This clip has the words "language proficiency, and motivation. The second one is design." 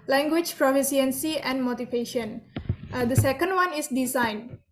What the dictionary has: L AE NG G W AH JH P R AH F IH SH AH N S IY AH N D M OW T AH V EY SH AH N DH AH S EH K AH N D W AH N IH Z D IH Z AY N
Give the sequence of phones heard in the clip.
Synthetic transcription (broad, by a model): L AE NG G W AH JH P R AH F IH S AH N S IY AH N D M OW T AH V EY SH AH N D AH S EH K AH N D W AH N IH S D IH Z AY N